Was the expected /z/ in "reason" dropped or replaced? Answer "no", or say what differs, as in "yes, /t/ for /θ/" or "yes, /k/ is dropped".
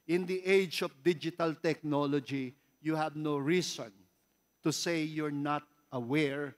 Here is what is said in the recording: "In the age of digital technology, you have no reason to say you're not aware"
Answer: yes, /s/ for /z/